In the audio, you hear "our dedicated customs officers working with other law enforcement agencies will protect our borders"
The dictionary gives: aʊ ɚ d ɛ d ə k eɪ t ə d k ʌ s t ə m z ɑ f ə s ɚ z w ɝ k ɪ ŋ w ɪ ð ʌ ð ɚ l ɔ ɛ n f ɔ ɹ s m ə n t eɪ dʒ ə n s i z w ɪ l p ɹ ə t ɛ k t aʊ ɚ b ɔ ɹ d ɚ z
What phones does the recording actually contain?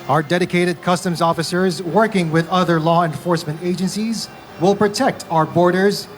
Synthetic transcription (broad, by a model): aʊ ɚ d ɛ d ə k eɪ t ə d k ʌ s t ə m z ɑ f ə s ɚ z w ɝ k ɪ ŋ w ɪ ð ʌ ð ɚ l ɔ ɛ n f ɔ ɹ s m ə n t eɪ dʒ ə n s i z w ɪ l p ɹ ə t ɛ k t aʊ ɚ b ɔ ɹ d ɚ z